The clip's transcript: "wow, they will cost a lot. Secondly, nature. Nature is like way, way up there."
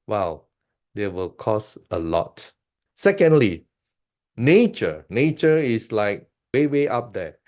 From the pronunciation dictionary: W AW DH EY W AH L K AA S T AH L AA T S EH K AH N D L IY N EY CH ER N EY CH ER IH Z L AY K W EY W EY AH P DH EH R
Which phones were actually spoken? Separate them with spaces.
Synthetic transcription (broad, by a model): W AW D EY W AH L K AA S AH L AA T S EH K AH N D L IY N EY CH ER N EY CH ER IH S L AY K W EY W EY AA P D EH